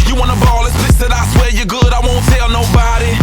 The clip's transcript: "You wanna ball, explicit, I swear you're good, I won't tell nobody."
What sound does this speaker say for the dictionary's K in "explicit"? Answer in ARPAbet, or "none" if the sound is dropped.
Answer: none